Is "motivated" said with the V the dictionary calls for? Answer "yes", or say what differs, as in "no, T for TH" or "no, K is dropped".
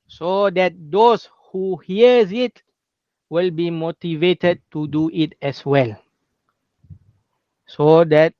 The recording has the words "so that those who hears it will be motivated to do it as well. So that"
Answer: yes